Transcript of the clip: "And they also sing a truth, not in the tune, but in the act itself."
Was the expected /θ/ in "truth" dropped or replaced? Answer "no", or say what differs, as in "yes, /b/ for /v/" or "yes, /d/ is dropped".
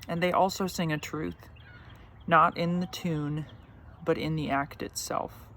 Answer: no